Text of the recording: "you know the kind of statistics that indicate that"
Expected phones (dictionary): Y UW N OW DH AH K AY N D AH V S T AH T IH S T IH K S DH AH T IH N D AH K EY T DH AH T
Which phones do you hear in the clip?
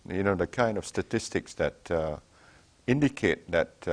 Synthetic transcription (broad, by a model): Y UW N OW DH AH K AY N D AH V S T AH T IH S T IH K S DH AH T IH N D AH K EY T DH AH T